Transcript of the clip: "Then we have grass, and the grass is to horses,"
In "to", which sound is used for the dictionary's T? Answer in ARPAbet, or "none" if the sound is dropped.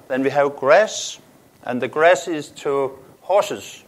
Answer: T